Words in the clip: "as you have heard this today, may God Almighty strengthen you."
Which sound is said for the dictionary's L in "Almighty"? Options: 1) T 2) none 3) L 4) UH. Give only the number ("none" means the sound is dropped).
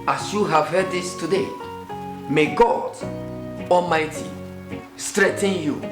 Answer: 3